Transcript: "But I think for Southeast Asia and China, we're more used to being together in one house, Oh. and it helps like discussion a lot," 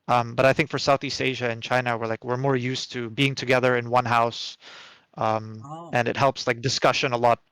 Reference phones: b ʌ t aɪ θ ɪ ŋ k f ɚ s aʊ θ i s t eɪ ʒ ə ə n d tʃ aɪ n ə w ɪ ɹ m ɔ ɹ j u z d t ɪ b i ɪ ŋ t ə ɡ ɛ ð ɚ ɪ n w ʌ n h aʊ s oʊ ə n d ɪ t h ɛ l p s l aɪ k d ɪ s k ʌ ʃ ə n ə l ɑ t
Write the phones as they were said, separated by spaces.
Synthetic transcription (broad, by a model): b ʌ t aɪ θ ɪ ŋ k f ɚ s aʊ θ i s t eɪ ʒ ə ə n tʃ aɪ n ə w ɪ ɹ m ɔ ɹ j u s t ɪ b i ɪ ŋ t ə ɡ ɛ ð ɚ ɪ n w ʌ n h aʊ s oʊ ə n ɪ t h ɛ l p s l aɪ k d ɪ s k ʌ ʃ ə n ə l ɑ t